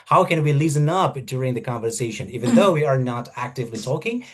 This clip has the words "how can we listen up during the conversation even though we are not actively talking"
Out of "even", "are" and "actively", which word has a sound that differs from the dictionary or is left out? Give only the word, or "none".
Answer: none